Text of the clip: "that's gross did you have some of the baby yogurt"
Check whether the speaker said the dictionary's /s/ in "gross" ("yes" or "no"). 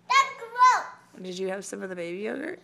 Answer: no